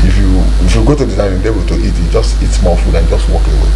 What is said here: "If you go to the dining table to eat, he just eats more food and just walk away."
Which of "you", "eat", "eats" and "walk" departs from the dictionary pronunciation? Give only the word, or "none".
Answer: eats